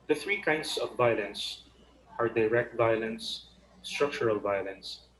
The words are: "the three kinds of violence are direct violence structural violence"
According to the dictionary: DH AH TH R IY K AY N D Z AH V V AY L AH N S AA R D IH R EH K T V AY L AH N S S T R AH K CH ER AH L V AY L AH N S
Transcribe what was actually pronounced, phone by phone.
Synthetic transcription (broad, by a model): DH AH TH R IY K AY N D S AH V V AY L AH N S AA R D IH R EH K T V AY L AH N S S T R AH K CH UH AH L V AY L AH N S